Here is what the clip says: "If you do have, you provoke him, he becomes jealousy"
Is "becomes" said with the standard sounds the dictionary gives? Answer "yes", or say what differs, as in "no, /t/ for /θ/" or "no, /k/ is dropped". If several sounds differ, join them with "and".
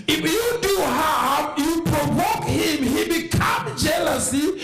no, /z/ is dropped